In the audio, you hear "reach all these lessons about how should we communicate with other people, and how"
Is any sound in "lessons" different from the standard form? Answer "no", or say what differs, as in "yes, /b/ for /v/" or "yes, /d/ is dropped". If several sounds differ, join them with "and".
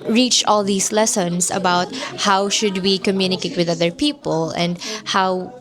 yes, /s/ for /z/